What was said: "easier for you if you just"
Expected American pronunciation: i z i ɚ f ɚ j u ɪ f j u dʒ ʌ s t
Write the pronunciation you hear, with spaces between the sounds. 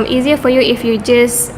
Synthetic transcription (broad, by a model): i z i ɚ f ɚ j u ɪ f j u dʒ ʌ s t